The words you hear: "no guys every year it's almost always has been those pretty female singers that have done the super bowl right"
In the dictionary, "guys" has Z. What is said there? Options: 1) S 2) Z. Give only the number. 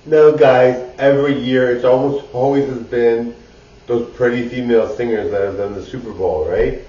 2